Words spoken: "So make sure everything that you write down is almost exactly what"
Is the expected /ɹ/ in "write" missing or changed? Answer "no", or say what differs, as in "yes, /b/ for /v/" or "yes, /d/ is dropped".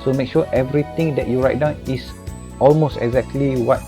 no